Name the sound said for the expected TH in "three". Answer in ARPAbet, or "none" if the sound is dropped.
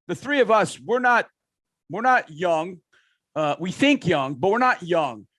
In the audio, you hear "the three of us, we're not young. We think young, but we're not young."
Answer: TH